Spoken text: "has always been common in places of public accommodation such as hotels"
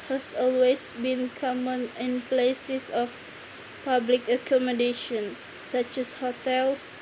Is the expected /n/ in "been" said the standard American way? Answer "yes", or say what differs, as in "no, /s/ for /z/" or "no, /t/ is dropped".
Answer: yes